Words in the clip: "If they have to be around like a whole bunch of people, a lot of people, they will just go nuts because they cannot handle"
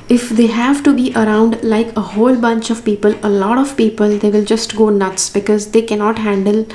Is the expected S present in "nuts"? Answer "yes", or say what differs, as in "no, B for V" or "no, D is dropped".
yes